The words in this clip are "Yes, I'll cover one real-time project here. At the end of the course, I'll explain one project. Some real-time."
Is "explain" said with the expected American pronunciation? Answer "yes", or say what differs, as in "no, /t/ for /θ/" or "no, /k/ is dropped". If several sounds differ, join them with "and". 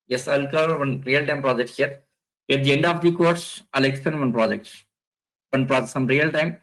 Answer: no, /l/ is dropped